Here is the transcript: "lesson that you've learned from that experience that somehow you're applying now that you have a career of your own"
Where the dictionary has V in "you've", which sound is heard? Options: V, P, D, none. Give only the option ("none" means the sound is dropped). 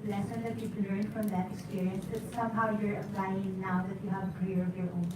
P